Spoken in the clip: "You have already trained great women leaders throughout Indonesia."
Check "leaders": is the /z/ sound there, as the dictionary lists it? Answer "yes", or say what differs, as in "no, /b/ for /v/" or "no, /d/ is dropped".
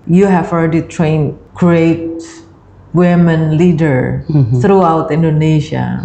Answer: no, /z/ is dropped